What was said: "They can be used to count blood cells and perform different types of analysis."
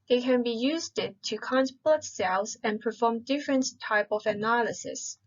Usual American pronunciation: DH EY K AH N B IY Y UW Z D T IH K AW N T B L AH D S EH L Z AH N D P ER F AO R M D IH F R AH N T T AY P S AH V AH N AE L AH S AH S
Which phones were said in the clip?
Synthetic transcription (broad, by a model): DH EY K AH N B IY Y UW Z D T IH K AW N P L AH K S EH L Z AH N P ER F AO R M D IH F R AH N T T AY P AH V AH N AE L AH S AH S